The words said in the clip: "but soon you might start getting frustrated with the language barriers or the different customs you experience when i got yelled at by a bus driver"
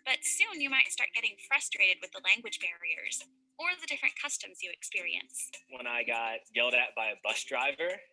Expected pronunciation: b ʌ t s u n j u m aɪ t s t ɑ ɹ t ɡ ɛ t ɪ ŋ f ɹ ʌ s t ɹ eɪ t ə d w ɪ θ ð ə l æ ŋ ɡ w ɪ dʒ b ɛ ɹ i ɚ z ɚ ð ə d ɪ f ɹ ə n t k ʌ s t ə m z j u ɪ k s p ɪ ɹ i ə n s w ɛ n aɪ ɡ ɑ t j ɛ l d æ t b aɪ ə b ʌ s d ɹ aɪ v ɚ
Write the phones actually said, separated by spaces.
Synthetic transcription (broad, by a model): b ʌ t s u n j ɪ m aɪ t s t ɑ ɹ t ɡ ɛ t ɪ ŋ f ɹ ʌ s t ɹ eɪ t ə d w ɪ ð ə l æ ŋ ɡ w ɪ dʒ b ɛ ɹ i ɚ z ɚ ð ə d ɪ f ɹ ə n k ʌ s t ə m z j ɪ ɪ k s p ɪ ɹ i ə n s w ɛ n aɪ ɡ ɑ t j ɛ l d æ t b aɪ ə b ʌ s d ɹ aɪ v ɚ